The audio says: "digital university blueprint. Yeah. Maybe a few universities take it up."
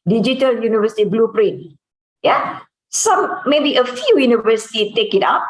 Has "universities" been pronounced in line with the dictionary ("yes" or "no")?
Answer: no